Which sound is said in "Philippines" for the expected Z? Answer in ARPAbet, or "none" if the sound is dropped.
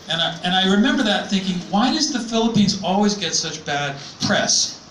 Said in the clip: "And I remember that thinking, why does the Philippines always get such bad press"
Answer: Z